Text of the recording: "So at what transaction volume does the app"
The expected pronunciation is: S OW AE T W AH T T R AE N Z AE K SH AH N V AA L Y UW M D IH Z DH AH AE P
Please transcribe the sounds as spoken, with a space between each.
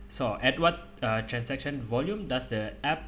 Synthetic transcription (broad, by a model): S OW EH T W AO T T R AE N S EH K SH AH N V AA L Y UW M D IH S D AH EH P